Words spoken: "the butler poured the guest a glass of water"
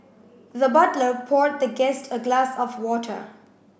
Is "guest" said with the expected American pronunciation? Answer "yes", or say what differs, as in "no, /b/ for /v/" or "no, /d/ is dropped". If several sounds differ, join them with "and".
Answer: yes